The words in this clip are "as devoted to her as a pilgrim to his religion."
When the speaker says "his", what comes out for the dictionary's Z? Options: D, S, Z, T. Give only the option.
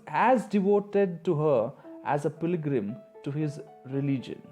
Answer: Z